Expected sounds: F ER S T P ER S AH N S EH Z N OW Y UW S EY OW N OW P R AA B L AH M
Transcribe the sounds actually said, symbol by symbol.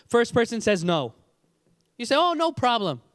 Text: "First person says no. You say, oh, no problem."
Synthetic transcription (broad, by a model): F ER S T P ER S AH N S EH Z N OW Y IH S EY OW N OW P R AA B L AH M